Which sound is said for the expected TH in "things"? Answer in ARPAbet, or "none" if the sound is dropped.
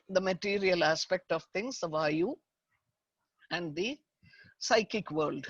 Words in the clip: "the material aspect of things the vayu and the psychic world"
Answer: T